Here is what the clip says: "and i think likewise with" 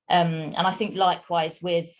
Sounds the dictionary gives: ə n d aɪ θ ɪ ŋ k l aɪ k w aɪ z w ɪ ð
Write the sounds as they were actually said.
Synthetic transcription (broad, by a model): ə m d aɪ θ ɪ ŋ k l aɪ k w aɪ z w ɪ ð